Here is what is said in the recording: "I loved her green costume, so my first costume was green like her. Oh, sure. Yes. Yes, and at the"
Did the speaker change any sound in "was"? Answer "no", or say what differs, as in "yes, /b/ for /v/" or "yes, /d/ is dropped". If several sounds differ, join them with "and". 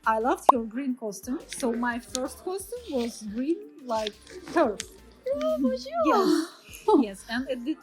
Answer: no